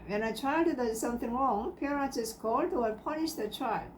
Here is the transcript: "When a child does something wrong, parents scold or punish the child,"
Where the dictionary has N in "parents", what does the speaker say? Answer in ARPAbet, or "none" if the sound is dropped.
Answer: none